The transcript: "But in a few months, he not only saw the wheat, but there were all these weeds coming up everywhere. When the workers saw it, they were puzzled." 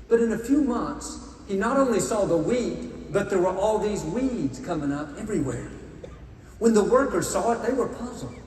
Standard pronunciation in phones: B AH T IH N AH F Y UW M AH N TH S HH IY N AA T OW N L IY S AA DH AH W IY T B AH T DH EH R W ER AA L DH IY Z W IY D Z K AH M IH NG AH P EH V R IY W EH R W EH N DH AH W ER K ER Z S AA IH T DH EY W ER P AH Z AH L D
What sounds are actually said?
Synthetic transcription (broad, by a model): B AH T IH N AH F Y UW M AH N TH S HH IY N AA T OW N L IY S AA DH AH W IY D B AH T DH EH R W ER AA L DH IY Z W IY D Z K AH M IH NG AH P EH V R IY W EH R W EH N DH AH W ER K ER Z S AA IH T DH EY W ER P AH Z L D